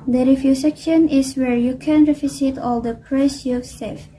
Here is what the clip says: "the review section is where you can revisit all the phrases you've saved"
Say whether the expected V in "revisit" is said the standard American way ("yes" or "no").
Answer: no